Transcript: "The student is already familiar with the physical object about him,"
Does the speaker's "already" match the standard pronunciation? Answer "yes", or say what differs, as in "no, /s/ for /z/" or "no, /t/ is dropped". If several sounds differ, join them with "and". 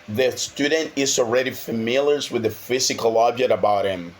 yes